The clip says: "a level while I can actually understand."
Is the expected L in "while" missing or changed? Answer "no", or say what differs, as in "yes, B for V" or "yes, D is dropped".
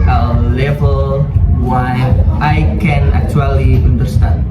yes, N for L